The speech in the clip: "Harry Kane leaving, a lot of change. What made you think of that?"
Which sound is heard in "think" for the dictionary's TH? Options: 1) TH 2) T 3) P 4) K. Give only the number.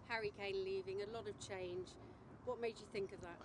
1